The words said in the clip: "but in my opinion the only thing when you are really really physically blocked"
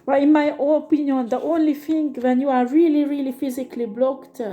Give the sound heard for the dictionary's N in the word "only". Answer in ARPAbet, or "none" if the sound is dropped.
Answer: N